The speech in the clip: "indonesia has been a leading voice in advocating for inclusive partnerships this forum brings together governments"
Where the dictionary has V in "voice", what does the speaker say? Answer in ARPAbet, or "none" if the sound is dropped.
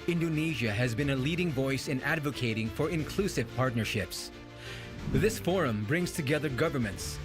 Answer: V